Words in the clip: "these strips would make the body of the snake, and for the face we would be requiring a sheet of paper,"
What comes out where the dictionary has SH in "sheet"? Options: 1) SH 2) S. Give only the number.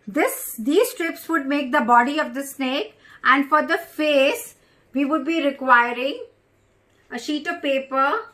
1